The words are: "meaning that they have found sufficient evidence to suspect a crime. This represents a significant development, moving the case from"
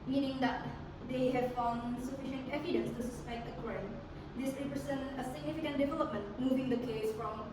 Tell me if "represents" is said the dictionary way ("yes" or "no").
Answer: no